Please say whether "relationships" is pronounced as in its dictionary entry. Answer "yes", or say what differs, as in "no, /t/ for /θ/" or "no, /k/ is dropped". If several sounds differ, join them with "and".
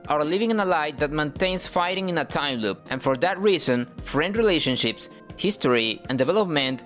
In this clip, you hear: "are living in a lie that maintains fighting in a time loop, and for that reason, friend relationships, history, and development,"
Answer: yes